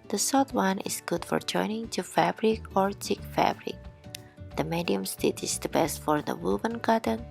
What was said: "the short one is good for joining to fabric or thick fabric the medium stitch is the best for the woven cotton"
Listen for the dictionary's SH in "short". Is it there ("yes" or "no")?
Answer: no